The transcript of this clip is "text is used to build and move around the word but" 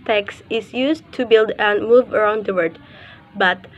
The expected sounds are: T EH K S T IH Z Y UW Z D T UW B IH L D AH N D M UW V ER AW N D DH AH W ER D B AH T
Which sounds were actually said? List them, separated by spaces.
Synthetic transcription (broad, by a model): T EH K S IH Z Y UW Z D T UW B IH L D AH N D M UW V ER AW N D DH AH W ER D B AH T